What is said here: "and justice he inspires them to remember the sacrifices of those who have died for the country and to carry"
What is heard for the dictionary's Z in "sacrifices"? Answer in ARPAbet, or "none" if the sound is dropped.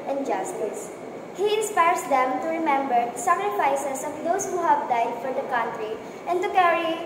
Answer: S